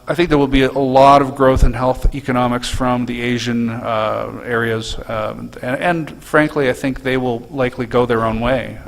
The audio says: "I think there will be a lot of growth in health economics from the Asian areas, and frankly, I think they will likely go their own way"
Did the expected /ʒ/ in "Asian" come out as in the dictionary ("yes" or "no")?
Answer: yes